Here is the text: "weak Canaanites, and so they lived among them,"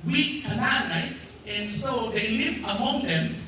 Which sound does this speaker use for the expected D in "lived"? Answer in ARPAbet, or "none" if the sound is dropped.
none